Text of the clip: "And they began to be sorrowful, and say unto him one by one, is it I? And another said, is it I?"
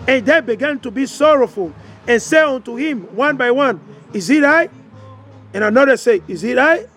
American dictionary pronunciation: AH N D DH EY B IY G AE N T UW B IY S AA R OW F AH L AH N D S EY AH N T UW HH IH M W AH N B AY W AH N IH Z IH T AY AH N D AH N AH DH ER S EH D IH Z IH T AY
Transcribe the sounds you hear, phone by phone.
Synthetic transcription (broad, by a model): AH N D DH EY B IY G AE N T UW B IY S AA R OW F AH L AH N S EY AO N T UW HH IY M W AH N B AY W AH N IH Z IH T AY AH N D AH N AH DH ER S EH IH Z IH T AY